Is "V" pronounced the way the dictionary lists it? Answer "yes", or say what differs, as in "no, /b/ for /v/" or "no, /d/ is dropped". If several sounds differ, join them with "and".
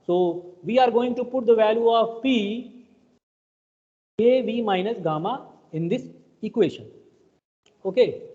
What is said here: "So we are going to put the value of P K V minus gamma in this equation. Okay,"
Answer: yes